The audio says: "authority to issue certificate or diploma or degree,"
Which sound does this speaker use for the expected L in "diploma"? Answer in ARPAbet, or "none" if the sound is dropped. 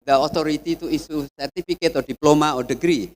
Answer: L